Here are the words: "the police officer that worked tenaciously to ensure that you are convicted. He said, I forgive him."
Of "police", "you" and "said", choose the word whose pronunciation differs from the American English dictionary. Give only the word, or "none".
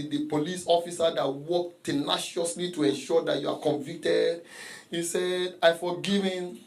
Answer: none